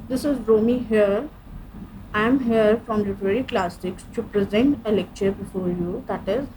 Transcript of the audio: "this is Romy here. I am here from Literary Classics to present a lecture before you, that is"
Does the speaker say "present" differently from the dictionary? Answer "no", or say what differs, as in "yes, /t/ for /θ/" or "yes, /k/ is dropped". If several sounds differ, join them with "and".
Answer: no